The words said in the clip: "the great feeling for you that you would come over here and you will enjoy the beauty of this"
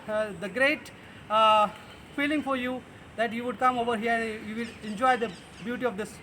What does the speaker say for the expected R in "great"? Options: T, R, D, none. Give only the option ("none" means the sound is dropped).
R